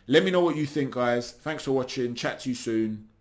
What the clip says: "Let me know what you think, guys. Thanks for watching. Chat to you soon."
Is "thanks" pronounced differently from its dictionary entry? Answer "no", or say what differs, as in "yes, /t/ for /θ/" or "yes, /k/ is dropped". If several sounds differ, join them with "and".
no